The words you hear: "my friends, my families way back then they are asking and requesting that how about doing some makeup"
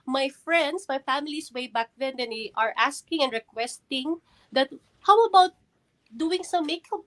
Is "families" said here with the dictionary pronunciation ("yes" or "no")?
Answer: no